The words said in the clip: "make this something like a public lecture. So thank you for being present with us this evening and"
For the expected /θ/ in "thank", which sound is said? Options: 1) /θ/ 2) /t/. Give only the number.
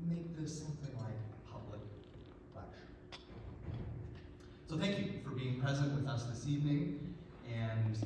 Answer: 1